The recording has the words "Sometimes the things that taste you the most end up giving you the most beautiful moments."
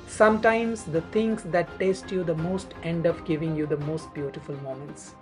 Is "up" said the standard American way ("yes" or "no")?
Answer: no